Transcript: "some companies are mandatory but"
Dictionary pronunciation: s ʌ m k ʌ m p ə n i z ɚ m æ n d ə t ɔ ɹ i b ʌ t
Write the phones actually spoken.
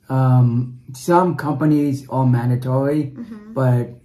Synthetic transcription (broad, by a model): s ʌ m k ʌ m p ə n i z ɚ m æ n d ə t ɔ ɹ i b ʌ t